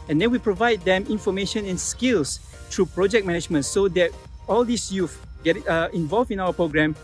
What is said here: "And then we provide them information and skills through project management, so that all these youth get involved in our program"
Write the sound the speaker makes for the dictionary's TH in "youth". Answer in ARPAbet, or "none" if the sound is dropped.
F